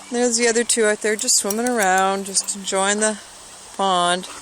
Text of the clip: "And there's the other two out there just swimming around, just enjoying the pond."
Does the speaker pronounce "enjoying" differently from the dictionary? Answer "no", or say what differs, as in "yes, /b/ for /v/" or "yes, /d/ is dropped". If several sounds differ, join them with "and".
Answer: yes, /n/ is dropped